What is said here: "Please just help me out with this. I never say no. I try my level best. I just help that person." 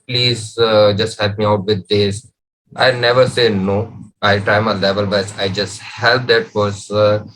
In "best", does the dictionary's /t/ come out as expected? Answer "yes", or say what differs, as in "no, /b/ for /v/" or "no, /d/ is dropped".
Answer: no, /t/ is dropped